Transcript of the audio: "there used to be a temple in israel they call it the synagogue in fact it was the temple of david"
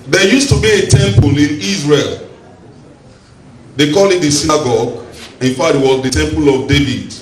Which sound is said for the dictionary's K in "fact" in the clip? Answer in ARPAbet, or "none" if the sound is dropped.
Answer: none